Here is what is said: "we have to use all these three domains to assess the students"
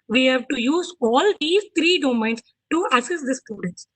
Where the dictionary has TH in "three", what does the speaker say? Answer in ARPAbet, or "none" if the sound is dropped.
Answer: T